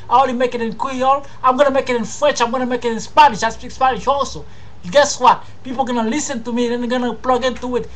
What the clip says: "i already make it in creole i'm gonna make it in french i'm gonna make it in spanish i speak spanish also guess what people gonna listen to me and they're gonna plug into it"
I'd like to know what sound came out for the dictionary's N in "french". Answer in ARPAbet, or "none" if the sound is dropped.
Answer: none